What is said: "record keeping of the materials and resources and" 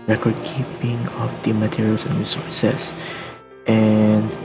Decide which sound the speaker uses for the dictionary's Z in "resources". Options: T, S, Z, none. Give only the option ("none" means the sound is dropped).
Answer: S